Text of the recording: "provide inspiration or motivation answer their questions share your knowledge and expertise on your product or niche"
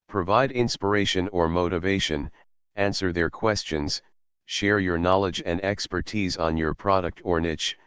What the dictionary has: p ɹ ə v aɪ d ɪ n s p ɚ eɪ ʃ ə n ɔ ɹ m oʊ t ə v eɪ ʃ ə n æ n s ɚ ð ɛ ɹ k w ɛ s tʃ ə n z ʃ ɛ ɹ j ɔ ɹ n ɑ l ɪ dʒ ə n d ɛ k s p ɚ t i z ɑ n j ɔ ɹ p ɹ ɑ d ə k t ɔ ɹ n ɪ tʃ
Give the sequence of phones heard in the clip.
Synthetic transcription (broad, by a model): p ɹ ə v aɪ d ɪ n s p ɚ eɪ ʃ ə n ɔ ɹ m oʊ t ə v eɪ ʃ ə n æ n s ɚ ð ɛ ɹ k w ɛ s tʃ ə n z ʃ ɛ ɹ j ɔ ɹ n ɑ l ɪ dʒ ə n d ɛ k s p ɚ t i z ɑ n j ɔ ɹ p ɹ ɑ d ə k t ɔ ɹ n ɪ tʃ